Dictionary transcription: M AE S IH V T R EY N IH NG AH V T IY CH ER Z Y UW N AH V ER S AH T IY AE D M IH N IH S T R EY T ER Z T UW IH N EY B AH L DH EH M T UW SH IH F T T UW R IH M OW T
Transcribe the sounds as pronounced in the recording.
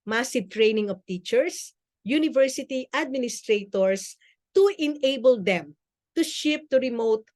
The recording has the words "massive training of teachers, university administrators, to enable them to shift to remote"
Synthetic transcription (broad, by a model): M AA S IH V T R EY N IH NG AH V T IY CH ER S Y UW N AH V ER S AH T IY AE D M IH N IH S T R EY T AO S T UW IH N EY B AH L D EH M T UW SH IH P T T UW R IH M OW T